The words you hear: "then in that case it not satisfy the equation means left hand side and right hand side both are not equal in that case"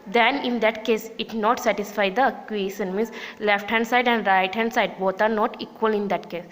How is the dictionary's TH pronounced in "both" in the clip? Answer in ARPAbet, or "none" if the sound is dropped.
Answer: T